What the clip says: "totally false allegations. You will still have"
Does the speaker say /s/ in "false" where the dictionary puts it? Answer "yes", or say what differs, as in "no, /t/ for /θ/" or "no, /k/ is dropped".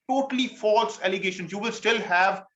yes